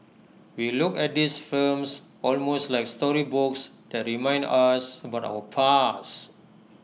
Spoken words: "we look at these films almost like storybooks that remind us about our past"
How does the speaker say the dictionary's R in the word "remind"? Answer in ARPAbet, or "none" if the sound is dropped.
R